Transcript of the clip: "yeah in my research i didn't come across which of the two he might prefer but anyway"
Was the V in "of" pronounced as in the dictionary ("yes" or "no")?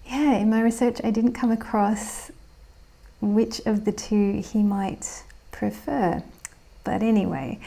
yes